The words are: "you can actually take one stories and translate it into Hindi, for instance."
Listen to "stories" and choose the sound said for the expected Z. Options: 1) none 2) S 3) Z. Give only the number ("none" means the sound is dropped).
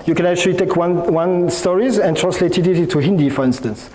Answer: 3